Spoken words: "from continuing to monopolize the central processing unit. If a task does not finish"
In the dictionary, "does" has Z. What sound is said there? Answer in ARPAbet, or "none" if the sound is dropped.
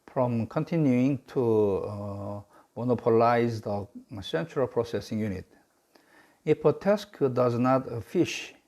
Z